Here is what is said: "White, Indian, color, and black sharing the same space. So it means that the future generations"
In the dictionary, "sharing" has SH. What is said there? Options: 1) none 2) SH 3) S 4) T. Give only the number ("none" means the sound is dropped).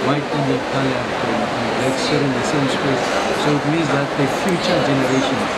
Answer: 3